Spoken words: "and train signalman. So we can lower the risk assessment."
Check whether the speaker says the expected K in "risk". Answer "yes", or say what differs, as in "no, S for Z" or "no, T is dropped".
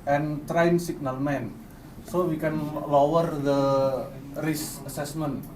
no, K is dropped